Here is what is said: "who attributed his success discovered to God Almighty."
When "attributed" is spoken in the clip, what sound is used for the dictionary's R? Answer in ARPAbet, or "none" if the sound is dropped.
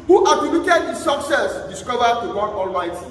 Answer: none